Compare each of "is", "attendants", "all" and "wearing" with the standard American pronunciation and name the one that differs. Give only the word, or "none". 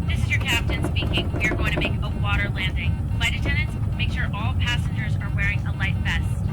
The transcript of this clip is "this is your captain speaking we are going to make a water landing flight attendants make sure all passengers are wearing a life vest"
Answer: none